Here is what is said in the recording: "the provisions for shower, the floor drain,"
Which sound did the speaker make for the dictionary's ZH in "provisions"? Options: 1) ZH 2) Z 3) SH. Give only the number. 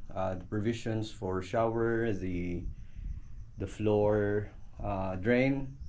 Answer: 3